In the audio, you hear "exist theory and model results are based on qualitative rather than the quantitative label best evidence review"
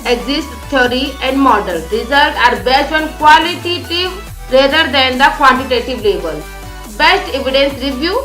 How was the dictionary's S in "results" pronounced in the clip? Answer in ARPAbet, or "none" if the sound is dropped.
none